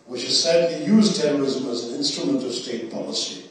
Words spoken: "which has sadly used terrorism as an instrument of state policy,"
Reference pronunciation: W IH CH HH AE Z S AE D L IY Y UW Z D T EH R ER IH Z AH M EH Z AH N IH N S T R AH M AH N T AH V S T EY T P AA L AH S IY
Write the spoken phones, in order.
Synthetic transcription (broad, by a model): W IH CH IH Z S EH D IY Y UW Z T EH R ER IH Z AH M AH Z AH N IH N S T R AH M AH N T AH V S T EY T P AA L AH S IY